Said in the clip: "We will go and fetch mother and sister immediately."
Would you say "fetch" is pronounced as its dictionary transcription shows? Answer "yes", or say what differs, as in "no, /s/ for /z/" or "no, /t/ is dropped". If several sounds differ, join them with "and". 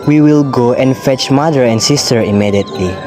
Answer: yes